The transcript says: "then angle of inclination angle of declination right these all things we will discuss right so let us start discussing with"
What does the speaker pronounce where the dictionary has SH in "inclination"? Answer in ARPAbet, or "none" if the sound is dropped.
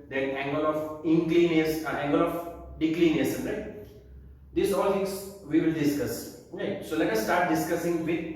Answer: S